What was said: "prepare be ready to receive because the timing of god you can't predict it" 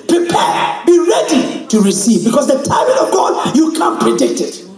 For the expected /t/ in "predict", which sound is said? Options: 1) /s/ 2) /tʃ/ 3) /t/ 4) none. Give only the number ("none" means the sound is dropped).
3